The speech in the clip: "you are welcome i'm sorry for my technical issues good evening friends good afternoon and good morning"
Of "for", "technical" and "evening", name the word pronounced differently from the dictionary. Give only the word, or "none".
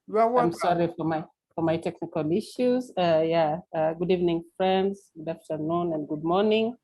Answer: none